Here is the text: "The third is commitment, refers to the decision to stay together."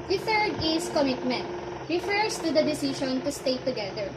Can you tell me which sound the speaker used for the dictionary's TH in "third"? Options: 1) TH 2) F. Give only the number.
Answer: 2